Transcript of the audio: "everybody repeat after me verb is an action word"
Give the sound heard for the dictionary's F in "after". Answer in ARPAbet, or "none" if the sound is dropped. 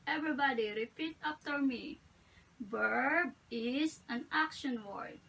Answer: P